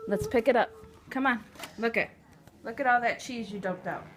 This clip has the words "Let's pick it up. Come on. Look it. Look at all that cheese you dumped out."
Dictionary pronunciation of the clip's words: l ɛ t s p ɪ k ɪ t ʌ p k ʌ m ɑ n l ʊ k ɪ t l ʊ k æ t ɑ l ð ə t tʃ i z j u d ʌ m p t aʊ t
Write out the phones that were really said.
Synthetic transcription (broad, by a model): l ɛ t s p ɪ k ɪ t ʌ p k ʌ m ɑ n l ʊ k ɪ t l ʊ k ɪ t ɑ l ð ə t tʃ i z j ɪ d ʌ p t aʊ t